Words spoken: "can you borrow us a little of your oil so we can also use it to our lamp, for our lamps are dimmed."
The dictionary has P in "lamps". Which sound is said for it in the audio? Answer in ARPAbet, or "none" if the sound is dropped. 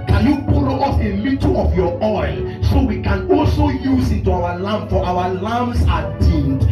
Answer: none